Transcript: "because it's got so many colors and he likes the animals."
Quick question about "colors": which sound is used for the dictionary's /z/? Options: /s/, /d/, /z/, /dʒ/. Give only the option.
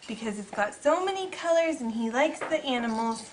/z/